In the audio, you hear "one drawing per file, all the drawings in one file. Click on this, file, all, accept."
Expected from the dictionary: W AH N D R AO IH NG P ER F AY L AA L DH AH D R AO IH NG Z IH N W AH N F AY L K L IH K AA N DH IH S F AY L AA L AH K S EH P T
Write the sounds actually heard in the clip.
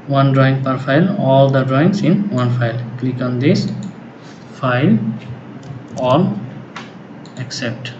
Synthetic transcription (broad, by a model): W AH N D R AO IH NG P ER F AY L AA L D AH D R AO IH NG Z IH N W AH N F AY L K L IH K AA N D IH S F AY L AA L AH K S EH P T